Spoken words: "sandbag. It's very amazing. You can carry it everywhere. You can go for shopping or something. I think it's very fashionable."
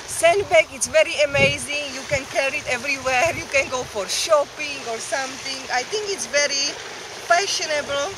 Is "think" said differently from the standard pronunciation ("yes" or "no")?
yes